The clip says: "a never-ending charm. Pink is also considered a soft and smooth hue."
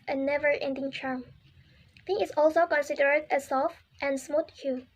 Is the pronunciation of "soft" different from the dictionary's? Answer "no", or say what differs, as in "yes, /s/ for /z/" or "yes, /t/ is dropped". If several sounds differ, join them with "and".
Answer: no